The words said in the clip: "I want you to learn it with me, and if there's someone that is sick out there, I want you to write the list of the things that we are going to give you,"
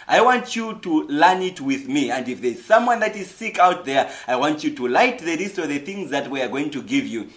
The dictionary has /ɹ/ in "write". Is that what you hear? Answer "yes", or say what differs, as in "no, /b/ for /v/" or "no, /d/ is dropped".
no, /l/ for /ɹ/